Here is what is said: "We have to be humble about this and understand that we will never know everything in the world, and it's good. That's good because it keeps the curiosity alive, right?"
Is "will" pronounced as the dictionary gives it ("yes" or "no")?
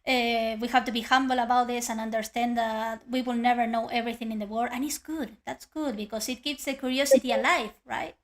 yes